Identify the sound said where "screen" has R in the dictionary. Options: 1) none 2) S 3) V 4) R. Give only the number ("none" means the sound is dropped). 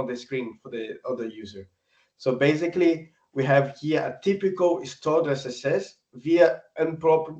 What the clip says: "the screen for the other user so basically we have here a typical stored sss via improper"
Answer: 4